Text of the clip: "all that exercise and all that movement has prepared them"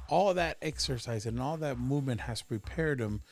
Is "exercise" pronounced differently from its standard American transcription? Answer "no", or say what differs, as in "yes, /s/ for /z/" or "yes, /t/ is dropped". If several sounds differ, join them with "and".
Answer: no